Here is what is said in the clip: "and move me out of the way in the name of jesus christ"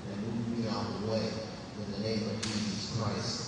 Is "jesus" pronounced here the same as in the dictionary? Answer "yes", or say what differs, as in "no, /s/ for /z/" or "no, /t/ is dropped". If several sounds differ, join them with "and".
yes